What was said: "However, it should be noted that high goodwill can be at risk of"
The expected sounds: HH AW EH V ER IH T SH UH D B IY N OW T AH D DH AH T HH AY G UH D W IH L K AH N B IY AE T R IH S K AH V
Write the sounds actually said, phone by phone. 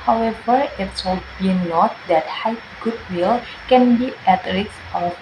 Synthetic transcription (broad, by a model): HH AW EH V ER IH T S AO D B IY N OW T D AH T HH AY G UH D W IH L K AH N B IY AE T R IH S AH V